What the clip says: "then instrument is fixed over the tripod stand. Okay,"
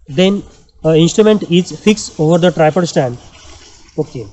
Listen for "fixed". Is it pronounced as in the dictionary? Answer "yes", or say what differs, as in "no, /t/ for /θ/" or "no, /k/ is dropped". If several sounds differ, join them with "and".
no, /t/ is dropped